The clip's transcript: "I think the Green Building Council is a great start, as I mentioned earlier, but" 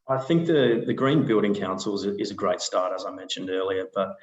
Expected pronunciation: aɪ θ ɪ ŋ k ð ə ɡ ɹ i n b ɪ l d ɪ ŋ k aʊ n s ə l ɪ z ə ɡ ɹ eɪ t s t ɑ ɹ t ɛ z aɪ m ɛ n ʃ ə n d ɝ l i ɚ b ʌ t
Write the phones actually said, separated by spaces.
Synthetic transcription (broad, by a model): aɪ θ ɪ ŋ k ð ə ɡ ɹ i n b ɪ l d ɪ ŋ k aʊ n s l ɪ z ə ɡ ɹ eɪ t s t ɑ ɹ t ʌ z aɪ m ɛ n ʃ ə n d ɝ l i ɚ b ʌ t